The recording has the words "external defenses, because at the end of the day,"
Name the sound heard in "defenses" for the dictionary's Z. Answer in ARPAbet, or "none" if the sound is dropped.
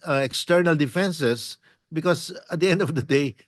S